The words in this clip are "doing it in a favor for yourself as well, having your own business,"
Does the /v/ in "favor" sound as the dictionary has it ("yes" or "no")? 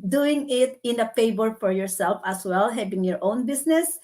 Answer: no